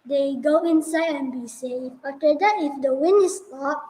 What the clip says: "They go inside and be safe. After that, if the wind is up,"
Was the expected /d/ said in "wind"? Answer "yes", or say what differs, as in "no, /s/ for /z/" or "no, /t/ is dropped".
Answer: no, /d/ is dropped